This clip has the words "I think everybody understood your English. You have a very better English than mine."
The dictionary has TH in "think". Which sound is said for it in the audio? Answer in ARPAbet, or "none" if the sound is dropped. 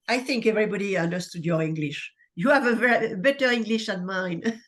TH